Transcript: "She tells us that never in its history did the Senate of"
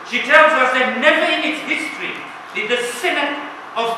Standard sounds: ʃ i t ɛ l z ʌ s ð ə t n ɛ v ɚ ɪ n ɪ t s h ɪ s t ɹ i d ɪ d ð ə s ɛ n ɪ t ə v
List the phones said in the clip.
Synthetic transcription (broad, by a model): ʃ i t ɛ l z ʌ s ð ə t n ɛ v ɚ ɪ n ɪ t s h ɪ s t ɹ i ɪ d ð ə s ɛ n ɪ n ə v